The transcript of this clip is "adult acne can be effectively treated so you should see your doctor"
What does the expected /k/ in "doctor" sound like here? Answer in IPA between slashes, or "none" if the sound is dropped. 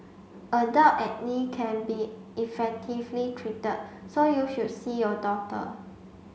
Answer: none